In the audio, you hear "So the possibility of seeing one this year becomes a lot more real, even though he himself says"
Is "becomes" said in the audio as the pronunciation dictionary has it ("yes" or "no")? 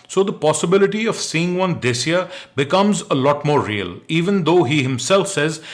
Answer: yes